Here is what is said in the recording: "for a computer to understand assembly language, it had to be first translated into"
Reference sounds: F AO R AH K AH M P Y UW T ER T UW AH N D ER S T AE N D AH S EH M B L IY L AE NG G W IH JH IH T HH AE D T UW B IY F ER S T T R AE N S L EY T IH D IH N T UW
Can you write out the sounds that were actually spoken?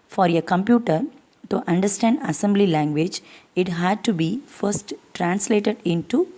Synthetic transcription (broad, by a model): F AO R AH K AH M P Y UW T ER T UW AH N D ER S T AE N D AH S EH M B L IY L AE NG G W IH JH IH T HH AE D T UW B IY F ER S T T R AE N S L EY T IH D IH N T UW